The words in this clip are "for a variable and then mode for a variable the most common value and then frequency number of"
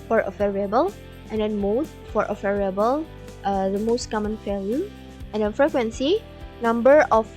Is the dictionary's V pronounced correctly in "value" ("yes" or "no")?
no